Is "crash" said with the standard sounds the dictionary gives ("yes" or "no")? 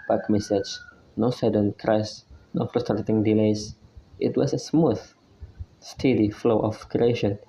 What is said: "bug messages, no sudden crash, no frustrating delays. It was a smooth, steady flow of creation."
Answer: no